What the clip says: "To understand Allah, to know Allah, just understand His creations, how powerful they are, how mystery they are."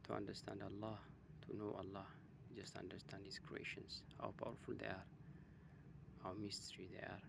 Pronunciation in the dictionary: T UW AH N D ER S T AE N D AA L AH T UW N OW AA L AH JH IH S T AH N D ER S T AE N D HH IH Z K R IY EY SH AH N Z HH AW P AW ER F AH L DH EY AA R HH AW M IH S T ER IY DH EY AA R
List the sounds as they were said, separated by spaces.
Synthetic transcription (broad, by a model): T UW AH N D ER S T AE N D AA L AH T UW N OW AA L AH JH IH S T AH N D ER S T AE N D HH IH S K R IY EY SH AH N S HH AW P AW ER F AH L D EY AA R HH AW M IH S T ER IY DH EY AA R